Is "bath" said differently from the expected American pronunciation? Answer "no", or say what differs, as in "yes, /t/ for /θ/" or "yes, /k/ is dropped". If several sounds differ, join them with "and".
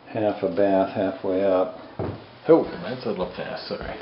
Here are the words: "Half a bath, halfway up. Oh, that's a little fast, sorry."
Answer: no